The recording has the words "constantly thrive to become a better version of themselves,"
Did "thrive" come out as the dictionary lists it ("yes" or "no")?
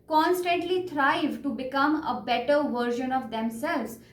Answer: no